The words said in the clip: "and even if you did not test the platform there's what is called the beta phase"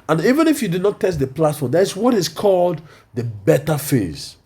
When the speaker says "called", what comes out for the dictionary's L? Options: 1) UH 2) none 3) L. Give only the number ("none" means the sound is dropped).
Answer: 3